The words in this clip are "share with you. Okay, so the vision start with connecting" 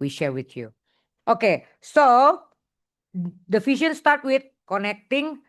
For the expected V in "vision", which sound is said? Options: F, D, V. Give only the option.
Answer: F